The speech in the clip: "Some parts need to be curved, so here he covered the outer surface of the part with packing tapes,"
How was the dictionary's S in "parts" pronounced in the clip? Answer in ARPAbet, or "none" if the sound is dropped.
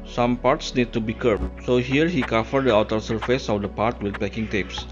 S